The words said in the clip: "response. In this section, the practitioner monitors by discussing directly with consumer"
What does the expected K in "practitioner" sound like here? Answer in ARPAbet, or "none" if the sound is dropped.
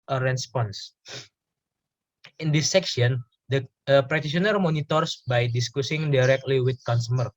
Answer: none